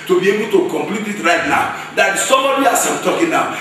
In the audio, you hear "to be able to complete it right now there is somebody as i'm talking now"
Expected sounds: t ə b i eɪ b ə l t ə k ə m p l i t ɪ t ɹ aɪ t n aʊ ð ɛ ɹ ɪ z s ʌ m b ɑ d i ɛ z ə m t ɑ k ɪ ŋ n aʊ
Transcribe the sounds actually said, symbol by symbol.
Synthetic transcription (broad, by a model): t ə b i eɪ b ə l t ə k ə m p l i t ɪ t ɹ aɪ t n aʊ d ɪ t s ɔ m ɑ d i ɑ s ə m t ɑ k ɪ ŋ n aʊ